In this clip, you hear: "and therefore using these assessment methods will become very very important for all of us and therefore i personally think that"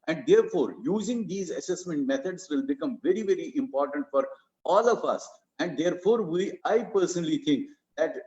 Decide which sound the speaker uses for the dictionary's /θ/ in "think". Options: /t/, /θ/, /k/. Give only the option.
/t/